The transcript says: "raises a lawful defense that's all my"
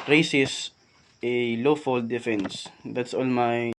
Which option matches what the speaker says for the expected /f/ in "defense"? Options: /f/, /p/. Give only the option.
/f/